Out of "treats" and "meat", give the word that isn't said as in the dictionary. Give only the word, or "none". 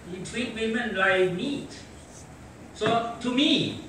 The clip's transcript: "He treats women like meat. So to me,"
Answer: treats